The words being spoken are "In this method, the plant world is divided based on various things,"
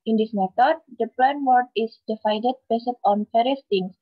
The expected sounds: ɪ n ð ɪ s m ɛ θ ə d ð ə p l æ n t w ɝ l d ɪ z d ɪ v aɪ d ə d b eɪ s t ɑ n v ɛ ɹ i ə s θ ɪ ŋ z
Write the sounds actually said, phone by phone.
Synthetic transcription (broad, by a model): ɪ n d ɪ s m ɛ t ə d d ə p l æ n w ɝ d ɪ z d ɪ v aɪ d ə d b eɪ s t ɑ n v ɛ ɹ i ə s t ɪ ŋ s